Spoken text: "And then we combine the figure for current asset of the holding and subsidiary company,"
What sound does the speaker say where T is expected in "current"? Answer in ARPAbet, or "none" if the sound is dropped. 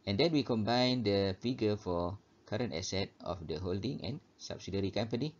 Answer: T